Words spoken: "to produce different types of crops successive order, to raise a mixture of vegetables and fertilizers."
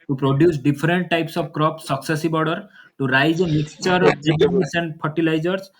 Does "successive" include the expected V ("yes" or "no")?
no